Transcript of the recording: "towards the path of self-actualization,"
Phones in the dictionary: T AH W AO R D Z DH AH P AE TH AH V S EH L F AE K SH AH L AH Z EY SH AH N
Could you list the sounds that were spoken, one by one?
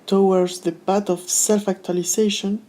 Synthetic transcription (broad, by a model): T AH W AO R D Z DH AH B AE T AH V S EH L F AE K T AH L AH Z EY SH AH N